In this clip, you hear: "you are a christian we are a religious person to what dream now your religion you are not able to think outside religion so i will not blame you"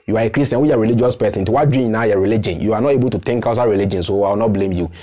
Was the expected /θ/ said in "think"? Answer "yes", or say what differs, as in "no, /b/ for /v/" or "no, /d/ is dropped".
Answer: no, /t/ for /θ/